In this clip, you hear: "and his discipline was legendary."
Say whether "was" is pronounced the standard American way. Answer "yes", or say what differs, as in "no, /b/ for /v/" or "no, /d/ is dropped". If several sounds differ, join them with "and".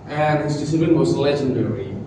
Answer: no, /s/ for /z/